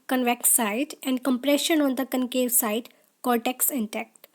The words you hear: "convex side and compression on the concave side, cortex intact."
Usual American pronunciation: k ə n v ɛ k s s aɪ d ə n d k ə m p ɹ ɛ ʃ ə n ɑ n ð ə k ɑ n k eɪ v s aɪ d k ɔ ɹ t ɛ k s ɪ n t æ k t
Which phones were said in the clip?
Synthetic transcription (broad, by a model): k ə n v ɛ k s s aɪ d ə n d k ə m p ɹ ɛ ʃ ə n ɑ n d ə k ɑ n k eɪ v s aɪ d k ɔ l t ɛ k s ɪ n t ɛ k t